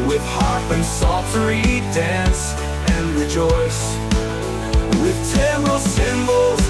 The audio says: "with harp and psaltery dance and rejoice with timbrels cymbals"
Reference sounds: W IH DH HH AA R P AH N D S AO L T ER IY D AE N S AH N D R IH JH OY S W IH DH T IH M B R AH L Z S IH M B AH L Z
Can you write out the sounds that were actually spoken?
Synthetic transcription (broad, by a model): W IH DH HH AA R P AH N S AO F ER IY D AE N S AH N R IH JH OY S W IH DH T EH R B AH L S IH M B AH L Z